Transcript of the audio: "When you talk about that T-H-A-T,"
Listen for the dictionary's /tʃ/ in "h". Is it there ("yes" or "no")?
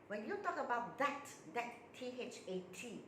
yes